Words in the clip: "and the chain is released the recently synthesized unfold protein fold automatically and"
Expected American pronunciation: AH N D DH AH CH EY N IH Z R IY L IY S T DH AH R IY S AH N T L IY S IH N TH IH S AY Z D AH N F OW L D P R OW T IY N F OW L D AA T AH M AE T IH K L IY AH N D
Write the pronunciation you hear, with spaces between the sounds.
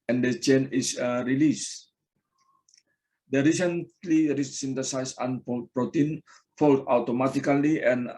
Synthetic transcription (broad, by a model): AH N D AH CH EY N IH S R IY L IY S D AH R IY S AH N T L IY S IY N T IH S AY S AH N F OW P R OW T IY N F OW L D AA T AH M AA T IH K L IY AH N